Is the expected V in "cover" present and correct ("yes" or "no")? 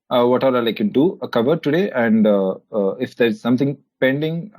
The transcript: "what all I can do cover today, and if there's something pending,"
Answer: yes